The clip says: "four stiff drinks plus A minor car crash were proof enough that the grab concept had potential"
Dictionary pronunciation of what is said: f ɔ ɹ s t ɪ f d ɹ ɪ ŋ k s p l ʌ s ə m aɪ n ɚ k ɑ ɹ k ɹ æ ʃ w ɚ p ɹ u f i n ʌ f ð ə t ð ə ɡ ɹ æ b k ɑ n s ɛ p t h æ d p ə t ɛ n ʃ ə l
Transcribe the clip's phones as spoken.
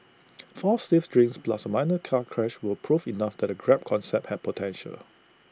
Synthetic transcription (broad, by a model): f ɔ s t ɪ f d ɹ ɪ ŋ s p l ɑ s ə m aɪ n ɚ k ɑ k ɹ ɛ ʃ w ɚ p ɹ u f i n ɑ f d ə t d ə ɡ ɹ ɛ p k ɑ n s ɛ p t h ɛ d p ə t ɛ n ʃ ə l